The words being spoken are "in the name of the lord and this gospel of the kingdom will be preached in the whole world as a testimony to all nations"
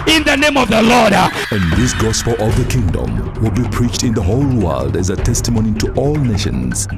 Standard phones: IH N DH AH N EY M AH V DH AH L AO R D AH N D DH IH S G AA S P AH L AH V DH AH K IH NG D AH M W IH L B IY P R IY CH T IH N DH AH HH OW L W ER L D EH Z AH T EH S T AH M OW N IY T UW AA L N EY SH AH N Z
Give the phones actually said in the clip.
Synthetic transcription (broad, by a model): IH N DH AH N EY M AH V DH AH L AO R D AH N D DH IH S G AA S P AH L AH V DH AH K IH NG D AH M W IH L B IY P R IY CH T IH N DH AH HH OW L W ER L D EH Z AH T EH S T AH M OW N IY T UW AA L N EY SH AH N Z